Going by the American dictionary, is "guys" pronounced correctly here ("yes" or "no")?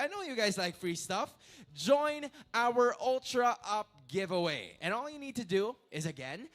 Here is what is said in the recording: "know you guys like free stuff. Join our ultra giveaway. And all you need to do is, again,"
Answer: yes